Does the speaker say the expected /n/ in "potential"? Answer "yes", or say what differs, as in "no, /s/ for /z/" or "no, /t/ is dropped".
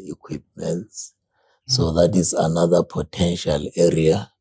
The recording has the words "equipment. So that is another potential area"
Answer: yes